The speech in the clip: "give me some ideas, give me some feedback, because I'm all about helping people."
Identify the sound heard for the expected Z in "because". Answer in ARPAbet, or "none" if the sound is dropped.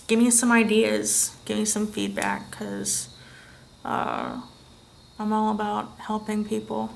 none